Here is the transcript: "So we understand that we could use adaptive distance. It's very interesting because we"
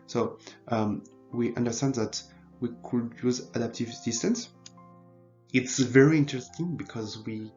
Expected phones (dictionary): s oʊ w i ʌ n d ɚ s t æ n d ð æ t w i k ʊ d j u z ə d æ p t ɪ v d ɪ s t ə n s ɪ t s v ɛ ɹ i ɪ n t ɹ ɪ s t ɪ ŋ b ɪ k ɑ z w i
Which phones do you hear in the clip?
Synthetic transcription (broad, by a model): s oʊ w i ʌ n d ɚ s t æ n d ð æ t w i k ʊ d j u z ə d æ p t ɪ v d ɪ s t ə n s ɪ t s v ɛ ɹ i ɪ n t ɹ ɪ s t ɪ ŋ b ɪ k ɑ z w i